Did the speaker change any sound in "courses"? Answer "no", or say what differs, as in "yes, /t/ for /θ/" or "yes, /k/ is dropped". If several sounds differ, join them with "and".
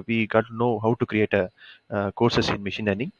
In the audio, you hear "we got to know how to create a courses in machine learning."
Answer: yes, /s/ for /z/